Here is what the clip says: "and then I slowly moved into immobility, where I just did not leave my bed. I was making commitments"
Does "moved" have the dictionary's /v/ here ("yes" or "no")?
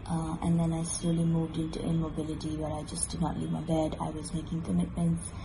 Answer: yes